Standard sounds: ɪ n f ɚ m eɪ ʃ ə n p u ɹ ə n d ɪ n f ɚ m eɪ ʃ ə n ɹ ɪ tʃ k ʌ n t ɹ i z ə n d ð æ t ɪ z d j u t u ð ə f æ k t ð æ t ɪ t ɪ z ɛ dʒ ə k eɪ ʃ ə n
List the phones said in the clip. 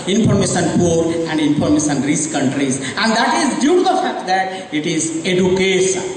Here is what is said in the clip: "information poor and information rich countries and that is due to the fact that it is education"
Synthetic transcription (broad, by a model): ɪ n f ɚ m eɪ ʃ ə n p u ɹ ə n d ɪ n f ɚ m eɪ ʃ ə n ɹ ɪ s k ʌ n t ɹ i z ə n d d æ t ɪ z d j u t u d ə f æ k t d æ t ɪ t ɪ z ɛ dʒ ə k eɪ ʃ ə n